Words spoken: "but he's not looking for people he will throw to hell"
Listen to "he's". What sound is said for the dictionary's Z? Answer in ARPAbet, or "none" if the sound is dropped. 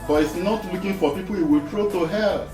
S